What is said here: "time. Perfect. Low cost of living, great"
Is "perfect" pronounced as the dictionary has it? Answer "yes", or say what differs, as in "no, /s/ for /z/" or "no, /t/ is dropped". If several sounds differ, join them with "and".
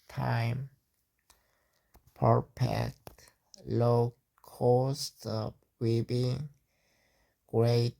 no, /p/ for /f/